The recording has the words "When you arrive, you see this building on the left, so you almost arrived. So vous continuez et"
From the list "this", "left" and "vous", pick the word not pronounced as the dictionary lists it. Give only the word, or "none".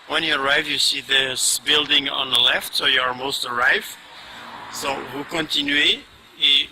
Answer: vous